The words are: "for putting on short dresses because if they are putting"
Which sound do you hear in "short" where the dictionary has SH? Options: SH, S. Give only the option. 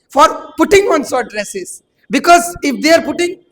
S